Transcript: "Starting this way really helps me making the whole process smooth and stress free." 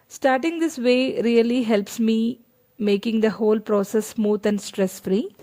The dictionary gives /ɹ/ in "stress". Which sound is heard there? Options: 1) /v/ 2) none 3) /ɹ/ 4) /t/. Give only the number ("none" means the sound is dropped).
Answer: 3